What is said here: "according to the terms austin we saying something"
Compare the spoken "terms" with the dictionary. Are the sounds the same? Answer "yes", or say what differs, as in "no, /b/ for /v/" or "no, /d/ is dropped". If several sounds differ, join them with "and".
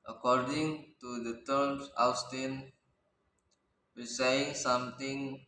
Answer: no, /s/ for /z/